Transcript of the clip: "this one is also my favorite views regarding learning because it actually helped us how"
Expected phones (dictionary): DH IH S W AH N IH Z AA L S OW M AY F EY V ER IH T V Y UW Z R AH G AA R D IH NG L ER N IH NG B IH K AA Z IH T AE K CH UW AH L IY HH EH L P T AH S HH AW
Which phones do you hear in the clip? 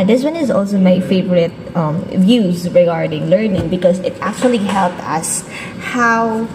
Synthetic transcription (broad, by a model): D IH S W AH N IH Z AA L S OW M AY F EY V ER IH T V Y UW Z R AH G AA R D IH NG L ER N IH NG B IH K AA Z IH T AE K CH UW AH L IY HH EH L P T AH S HH AW